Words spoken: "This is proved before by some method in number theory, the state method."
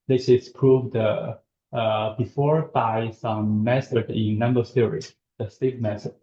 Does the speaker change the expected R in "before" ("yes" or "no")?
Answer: no